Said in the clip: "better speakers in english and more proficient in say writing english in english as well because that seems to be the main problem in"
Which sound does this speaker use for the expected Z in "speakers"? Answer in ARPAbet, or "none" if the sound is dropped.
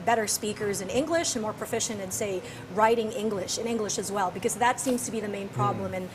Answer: Z